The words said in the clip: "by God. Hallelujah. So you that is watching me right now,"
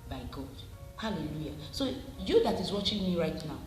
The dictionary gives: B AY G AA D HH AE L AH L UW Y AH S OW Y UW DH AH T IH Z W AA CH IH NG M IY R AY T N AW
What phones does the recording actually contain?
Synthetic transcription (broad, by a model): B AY G AA D HH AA L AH L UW Y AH S OW Y UW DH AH T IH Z W AA CH IH NG M IY R AY T N AW